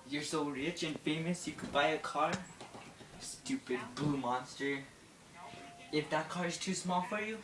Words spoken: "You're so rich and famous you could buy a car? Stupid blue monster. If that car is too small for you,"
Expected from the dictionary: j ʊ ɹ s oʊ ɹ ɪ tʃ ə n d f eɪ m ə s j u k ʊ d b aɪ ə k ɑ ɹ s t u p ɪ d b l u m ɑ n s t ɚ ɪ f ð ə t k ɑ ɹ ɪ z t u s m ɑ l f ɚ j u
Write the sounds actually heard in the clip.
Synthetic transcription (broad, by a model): j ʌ ɹ s oʊ ɹ ɪ tʃ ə n f eɪ m ə s j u k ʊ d b aɪ ə k ɑ ɹ s t u p ɪ d b l u m ɑ n s t ɚ ɪ f ð ə t k ɑ ɹ ɪ z t u s m ɑ l f ɚ j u